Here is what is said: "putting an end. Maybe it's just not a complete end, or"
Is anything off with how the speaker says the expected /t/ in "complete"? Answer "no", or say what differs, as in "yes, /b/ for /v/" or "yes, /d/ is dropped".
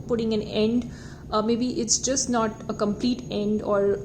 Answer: no